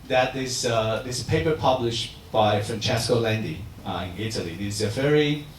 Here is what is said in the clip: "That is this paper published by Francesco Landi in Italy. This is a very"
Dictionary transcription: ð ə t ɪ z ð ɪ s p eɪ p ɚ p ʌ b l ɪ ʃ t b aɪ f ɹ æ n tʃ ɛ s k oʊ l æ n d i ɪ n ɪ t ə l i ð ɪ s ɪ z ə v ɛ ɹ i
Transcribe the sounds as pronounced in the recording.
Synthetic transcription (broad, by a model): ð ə t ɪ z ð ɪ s p eɪ p ɚ p ʌ b l ɪ ʃ t b aɪ f ɹ æ n tʃ ɛ s k oʊ l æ n d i ɪ n ɪ t ə l i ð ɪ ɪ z ə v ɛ ɹ i